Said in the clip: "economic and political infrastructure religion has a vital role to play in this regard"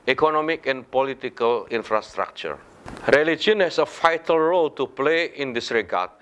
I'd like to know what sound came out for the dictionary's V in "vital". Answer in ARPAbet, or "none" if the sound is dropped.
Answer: F